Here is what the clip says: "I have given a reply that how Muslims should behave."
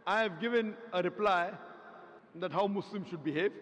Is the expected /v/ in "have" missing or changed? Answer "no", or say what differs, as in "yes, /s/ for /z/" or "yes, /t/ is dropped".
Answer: no